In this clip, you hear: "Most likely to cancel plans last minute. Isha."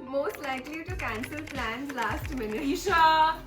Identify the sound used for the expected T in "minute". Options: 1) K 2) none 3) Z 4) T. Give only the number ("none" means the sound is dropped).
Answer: 2